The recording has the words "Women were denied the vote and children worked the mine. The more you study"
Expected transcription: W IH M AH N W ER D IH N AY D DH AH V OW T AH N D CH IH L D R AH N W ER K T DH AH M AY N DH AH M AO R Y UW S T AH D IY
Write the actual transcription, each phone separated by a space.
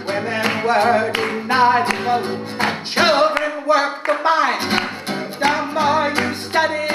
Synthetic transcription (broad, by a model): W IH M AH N W ER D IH N AY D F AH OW AH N CH IH L D R AH N W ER K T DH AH M AY N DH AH M AO R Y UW S T AH D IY